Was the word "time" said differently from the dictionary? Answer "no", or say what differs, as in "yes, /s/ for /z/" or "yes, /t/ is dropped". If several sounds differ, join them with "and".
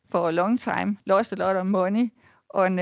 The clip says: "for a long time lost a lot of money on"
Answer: yes, /s/ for /t/